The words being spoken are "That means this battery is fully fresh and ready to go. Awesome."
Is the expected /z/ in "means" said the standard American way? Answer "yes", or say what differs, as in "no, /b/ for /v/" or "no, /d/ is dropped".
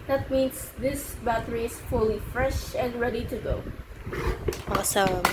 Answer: no, /s/ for /z/